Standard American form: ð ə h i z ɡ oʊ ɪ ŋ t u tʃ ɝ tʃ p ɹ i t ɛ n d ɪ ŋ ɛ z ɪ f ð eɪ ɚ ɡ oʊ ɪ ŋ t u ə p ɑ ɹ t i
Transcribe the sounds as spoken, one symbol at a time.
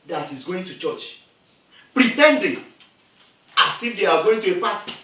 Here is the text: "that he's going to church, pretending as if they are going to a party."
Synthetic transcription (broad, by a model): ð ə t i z ɡ oʊ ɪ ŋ t u tʃ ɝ tʃ p ɹ i t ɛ n d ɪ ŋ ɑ s ɪ f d eɪ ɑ ɡ oʊ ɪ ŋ t u ə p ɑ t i